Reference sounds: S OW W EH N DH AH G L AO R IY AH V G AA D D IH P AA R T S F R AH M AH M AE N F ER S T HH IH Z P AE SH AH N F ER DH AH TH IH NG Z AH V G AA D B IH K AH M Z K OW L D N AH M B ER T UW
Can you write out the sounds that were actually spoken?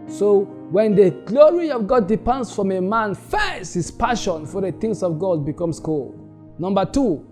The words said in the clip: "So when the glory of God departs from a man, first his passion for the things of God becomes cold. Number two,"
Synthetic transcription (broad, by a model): S OW W EH N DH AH G L AO R IY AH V G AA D D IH P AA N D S F R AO M AH M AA N F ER S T HH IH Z P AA SH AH N F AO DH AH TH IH NG S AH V G AA D B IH K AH M S K OW L D N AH M B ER T UW